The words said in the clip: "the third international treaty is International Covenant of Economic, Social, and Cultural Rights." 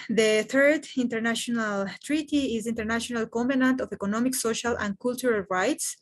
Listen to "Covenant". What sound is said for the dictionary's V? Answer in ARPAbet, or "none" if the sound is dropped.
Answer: P